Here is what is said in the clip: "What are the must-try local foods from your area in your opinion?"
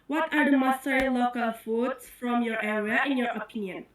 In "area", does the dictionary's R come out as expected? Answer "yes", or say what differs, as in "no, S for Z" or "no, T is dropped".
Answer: no, W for R